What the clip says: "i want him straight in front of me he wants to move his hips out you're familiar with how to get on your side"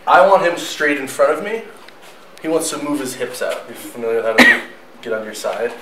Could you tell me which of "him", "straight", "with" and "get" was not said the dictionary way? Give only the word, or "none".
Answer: none